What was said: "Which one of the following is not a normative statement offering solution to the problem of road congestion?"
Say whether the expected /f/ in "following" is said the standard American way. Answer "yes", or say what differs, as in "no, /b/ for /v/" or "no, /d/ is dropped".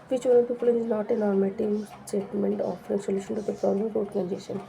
no, /p/ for /f/